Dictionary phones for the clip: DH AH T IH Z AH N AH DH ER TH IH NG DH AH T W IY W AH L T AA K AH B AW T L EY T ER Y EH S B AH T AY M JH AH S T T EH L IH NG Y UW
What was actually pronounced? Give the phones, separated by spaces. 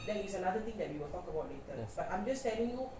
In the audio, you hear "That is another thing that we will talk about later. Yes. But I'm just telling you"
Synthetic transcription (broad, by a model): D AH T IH S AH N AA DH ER T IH NG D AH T W IY W AH L T AA K AH B AW T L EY T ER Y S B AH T AY M JH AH S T T EH L IH NG Y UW